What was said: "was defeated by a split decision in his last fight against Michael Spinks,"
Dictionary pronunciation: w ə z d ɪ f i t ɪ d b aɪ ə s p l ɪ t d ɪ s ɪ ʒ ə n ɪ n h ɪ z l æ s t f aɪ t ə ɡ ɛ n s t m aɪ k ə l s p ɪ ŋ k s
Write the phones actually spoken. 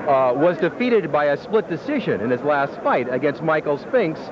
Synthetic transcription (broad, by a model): w ə z d ɪ f i t ɪ d b aɪ ə s p l ɪ t d ɪ s ɪ ʒ ə n ɪ n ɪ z l æ s t f aɪ t ə ɡ ɛ n s t m aɪ k l s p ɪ ŋ k s